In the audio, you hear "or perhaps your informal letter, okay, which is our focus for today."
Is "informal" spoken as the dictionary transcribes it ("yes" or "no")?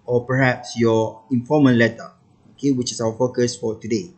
no